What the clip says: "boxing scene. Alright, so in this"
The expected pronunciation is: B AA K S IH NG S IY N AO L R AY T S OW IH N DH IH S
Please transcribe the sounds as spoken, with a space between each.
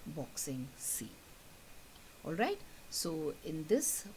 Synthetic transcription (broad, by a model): B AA K S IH NG S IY AO L R AY T S OW IH N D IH S